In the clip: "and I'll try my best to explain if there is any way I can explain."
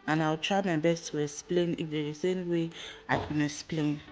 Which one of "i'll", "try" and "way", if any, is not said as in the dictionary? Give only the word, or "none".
i'll